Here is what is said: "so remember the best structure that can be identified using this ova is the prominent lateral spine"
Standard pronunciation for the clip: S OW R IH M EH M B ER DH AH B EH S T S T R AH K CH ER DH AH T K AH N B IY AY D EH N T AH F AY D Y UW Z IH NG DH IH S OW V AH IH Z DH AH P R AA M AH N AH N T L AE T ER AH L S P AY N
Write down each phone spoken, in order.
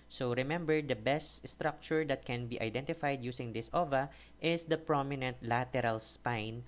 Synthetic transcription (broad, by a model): S OW R IH M EH M B ER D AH B EH S T S T R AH K CH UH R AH T K AH N B IY AY D EH N T AH F AY D Y UW S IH NG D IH S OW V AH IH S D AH P R AA M AH N AH N T L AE T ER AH L S P AY N